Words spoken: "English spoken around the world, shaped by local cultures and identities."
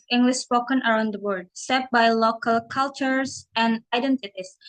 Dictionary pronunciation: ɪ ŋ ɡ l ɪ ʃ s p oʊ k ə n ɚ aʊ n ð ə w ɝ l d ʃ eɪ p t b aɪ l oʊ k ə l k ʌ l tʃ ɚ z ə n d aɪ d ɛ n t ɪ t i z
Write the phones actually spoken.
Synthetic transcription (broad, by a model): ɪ ŋ ɡ l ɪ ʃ s p oʊ k ə n ɚ aʊ n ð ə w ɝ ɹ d s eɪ t b aɪ l oʊ k ə l k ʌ l tʃ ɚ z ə n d aɪ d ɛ n t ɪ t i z